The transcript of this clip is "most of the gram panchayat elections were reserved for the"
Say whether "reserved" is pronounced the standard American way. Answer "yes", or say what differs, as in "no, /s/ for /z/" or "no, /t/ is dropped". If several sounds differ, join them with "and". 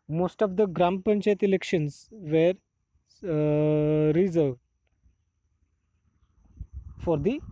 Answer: yes